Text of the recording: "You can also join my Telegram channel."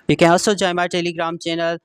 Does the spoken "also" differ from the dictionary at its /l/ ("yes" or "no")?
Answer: yes